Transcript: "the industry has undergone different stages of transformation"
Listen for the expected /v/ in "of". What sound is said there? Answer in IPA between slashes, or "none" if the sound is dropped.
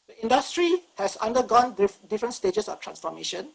/f/